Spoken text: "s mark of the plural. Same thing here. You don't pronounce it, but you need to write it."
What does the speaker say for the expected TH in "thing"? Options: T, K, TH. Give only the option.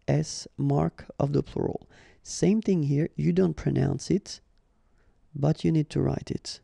TH